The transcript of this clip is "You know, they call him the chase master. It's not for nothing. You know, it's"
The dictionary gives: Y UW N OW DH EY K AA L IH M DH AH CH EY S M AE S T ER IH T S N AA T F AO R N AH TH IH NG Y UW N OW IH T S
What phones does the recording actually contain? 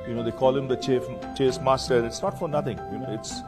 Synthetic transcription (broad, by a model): Y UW N OW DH EY K AA L IH M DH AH CH EY S M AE S T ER IH T S N AA T F AO R N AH T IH NG Y UW N OW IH T S